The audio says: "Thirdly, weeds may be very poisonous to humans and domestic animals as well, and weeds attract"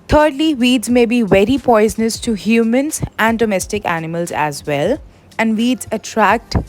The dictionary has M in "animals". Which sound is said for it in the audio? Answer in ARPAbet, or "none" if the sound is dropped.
M